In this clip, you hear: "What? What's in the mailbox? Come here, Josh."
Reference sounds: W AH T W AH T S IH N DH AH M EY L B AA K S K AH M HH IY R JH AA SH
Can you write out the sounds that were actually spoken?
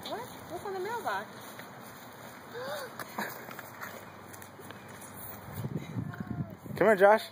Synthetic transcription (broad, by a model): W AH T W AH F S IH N DH AH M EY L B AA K K AH M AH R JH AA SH